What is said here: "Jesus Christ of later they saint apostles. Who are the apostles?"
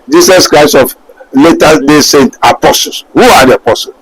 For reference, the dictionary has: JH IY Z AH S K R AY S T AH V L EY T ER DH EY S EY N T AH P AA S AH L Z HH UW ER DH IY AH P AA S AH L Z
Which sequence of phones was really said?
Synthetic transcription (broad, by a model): JH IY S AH S K R AY S T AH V L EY T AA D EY S EY N T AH P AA S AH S HH UW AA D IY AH P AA S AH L